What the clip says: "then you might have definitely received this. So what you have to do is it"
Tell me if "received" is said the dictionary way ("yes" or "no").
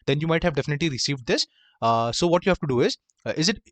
yes